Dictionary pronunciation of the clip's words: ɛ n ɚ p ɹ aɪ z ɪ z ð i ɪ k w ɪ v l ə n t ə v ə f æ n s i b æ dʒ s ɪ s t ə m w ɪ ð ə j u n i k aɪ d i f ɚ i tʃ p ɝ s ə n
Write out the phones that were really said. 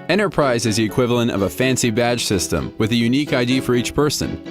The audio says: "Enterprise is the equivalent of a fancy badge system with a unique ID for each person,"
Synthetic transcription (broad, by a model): ɛ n ɚ p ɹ aɪ z ɪ z ð i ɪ k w ɪ v l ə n t ə v ə f æ n s i b æ dʒ s ɪ s t ə m w ɪ ð ə j u n i k aɪ d i f ɚ i tʃ p ɝ s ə n